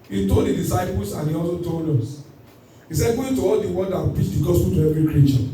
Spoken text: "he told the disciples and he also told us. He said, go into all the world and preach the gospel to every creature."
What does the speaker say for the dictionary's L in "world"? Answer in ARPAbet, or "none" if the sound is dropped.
N